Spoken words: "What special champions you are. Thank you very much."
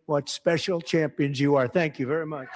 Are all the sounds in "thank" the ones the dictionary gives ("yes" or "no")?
yes